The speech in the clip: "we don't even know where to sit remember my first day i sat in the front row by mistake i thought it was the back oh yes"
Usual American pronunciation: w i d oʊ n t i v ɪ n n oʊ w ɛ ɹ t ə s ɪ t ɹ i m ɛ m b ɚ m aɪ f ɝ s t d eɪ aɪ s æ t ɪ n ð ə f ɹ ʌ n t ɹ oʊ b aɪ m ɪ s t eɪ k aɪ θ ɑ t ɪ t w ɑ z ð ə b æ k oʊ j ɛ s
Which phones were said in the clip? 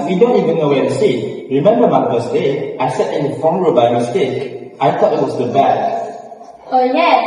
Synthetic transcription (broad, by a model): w i d oʊ n t i v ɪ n n oʊ w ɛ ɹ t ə s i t ɹ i m ɛ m b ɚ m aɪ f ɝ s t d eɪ aɪ s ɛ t ɪ n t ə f ɔ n ɹ oʊ b aɪ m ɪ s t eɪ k aɪ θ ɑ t ɪ t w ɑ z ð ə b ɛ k oʊ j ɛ